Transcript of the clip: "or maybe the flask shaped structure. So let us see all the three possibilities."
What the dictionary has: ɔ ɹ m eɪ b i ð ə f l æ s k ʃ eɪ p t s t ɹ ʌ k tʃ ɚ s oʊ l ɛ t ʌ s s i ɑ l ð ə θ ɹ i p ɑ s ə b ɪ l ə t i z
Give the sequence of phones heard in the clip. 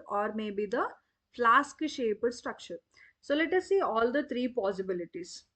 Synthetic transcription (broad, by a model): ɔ ɹ m eɪ b i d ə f l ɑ s k ʃ eɪ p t s t ɹ ʌ k tʃ ɚ s oʊ l ɛ t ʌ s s i ɑ l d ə t ɹ i p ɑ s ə b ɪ l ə t i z